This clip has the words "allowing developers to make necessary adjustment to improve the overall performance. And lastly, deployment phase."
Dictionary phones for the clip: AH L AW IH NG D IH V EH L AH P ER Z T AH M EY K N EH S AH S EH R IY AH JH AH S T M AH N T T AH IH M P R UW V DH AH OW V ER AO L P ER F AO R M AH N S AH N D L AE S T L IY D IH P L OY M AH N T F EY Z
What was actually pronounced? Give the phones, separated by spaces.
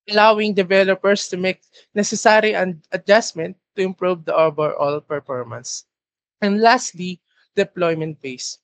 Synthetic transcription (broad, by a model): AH L AW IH NG D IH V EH L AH P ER S T AH M EY K N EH S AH S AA R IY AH JH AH S M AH N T T AH IH M P R UW V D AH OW B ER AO L P ER F AO R M AH N S AH N D L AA S T L IY D IH P L OY M AH N T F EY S